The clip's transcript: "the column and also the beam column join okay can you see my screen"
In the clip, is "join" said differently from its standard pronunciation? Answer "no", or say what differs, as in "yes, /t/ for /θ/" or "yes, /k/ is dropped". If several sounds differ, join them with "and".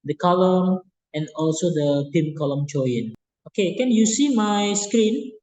yes, /tʃ/ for /dʒ/